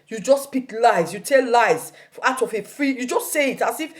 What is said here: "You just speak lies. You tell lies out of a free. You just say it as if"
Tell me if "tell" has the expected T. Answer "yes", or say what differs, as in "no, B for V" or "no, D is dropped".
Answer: yes